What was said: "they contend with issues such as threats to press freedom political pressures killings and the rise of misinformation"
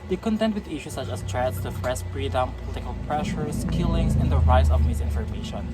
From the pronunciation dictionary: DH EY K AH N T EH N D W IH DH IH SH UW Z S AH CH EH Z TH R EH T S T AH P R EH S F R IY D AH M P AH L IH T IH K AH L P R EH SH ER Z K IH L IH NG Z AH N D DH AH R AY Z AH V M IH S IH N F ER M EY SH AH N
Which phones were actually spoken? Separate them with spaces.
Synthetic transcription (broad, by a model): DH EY K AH N T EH N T W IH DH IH SH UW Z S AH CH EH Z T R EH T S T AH F R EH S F R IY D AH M P AH L IH T IH K AH L P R EH SH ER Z K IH L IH NG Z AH N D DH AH R AY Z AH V M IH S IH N F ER M EY SH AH N